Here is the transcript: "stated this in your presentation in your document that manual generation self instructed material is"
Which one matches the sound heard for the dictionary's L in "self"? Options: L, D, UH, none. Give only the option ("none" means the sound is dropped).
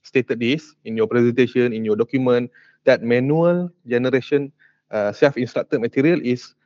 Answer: none